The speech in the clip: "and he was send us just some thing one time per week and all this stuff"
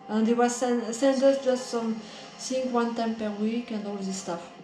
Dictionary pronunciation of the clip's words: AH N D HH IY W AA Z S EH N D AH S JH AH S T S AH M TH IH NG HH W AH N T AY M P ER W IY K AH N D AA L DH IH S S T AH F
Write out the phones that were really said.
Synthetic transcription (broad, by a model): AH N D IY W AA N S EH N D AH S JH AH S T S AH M S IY NG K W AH N T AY M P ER W IY K AH N D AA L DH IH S S T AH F